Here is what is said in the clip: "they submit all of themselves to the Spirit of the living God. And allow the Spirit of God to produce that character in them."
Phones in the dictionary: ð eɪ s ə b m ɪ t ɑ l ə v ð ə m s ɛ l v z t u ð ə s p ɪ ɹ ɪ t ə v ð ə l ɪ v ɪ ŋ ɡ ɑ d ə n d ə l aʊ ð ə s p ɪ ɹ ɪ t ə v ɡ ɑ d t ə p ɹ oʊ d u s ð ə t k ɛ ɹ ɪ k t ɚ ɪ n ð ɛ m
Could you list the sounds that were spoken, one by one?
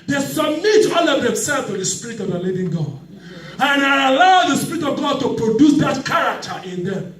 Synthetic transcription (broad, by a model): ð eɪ s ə b m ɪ t ɑ l ə v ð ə m s ɛ l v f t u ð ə s p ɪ ɹ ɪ t ə v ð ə l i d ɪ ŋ ɡ ɑ d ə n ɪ ə l aʊ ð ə s p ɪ ɹ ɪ t ə v ɡ ɑ d t ə p ɹ oʊ d u s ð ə t k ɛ ɹ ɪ k t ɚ ɪ n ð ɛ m